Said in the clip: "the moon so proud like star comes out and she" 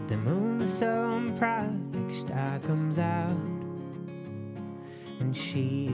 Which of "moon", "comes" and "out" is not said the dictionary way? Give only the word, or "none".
none